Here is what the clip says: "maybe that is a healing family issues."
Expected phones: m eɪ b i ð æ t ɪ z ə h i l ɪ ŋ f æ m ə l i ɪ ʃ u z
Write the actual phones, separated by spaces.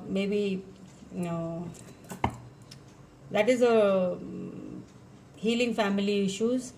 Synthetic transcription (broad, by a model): m eɪ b i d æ t ɪ z ə h i l ɪ ŋ f æ m ə l i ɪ ʃ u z